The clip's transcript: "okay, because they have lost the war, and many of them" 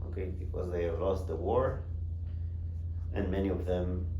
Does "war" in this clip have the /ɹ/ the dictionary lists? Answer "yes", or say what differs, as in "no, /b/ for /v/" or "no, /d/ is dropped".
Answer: yes